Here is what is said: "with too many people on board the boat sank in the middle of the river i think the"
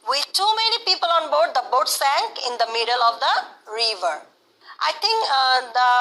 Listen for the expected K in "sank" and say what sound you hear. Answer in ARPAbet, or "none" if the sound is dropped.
K